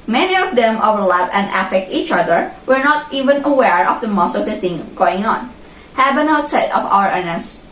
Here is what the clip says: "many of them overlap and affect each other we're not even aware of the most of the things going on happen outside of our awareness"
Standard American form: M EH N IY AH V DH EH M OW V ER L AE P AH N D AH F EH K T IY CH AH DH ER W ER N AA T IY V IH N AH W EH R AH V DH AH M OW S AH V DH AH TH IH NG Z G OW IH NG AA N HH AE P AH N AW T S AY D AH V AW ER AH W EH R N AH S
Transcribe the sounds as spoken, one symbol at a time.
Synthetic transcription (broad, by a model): M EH N IY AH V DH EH M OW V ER L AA F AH N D AH F EH K T IY CH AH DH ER W ER N AA T IY V IH N AH W EH R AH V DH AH M OW S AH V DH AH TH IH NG G OW IH NG AA N HH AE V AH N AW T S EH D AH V AW ER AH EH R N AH S